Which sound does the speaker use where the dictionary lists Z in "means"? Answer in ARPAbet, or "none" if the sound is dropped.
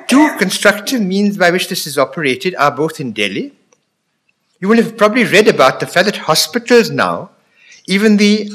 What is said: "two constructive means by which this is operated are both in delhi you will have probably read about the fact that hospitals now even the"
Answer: Z